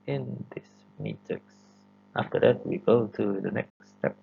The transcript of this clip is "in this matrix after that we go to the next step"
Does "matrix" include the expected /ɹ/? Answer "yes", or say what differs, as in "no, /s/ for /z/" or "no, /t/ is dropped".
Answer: no, /ɹ/ is dropped